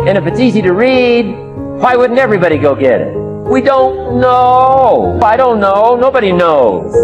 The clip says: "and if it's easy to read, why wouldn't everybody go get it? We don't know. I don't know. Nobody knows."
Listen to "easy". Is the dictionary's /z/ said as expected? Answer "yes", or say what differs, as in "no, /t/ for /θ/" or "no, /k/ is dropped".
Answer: yes